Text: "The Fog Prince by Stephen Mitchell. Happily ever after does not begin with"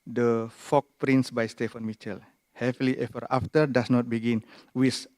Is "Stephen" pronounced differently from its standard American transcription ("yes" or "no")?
yes